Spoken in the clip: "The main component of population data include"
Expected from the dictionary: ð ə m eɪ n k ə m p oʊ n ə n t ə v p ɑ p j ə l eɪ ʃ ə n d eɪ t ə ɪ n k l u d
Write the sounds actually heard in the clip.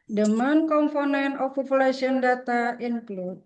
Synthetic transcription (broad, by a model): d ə m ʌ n k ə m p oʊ n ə n ə f p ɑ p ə l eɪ s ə n d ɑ t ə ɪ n k l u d